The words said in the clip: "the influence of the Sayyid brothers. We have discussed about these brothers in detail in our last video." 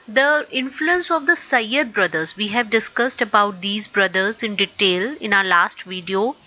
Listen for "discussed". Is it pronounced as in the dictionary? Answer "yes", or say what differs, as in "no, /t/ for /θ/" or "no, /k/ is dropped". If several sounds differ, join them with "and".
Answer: yes